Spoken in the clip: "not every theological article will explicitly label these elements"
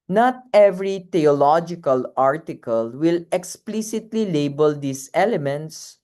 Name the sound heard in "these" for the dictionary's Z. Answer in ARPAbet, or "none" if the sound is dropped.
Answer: S